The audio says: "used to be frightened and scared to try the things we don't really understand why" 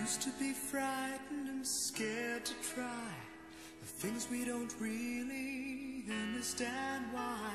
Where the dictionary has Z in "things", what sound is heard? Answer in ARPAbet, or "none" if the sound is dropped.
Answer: Z